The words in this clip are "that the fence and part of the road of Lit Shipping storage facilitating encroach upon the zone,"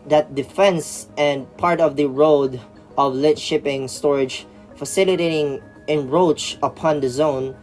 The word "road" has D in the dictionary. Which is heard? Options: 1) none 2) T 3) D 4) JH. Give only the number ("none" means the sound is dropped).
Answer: 3